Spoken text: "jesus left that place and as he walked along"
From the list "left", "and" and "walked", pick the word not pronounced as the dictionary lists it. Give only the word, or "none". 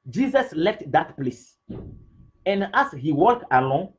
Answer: walked